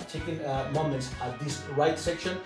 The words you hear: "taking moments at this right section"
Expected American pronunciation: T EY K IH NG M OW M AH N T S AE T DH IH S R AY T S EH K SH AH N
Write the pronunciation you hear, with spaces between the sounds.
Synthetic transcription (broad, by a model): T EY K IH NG M OW M AH N T S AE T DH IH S R AY T S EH K SH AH N